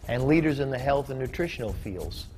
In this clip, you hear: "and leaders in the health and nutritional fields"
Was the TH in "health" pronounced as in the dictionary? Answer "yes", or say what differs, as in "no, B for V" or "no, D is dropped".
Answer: yes